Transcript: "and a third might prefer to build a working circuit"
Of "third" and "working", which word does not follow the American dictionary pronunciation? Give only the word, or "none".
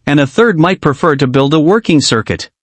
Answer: none